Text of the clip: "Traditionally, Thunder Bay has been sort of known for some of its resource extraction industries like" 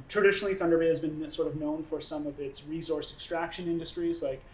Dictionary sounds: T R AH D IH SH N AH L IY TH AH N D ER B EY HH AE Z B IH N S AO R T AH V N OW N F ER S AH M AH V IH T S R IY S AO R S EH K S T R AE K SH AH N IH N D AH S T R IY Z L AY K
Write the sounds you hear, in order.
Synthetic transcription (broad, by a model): T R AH D IH SH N L IY TH AH N D ER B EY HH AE Z B IH N S AO R T AH V N OW N F ER S AH M AH V IH T S R IY S AO R S EH K S T R AE K SH AH N IH N D AH S T R IY Z L AY K